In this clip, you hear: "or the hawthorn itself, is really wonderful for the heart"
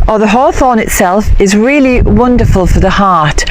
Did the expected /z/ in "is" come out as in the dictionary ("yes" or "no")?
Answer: yes